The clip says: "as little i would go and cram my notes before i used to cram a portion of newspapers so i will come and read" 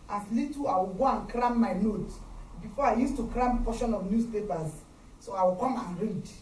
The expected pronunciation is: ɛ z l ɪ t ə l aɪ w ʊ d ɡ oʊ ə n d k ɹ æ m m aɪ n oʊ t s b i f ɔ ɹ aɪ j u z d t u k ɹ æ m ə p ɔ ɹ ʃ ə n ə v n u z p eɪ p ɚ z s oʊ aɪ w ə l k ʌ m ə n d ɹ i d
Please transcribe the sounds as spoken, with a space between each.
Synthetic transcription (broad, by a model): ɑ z l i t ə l aɪ w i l ɡ oʊ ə n k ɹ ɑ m m aɪ n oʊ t b i f ɔ aɪ j u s t u k ɹ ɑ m ə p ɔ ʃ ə n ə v n u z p eɪ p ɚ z s oʊ aɪ w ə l k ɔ m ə n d ɹ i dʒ